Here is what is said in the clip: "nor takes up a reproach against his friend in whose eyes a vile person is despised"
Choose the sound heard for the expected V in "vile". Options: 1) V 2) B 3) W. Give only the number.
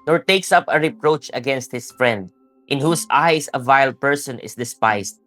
1